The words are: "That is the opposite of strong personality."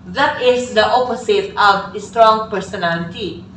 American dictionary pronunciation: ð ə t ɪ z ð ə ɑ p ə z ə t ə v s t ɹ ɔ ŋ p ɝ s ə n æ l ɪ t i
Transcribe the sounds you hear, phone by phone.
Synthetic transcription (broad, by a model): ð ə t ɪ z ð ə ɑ p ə s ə t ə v s t ɹ ɔ ŋ p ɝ s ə n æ l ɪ t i